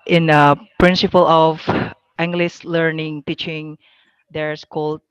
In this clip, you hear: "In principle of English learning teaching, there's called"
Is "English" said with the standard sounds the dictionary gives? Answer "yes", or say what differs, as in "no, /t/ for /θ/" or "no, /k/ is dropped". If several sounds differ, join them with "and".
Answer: no, /s/ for /ʃ/